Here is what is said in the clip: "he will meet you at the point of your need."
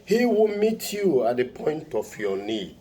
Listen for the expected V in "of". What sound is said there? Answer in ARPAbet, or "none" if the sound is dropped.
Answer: F